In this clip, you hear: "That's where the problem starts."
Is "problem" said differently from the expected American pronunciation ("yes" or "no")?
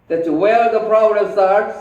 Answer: yes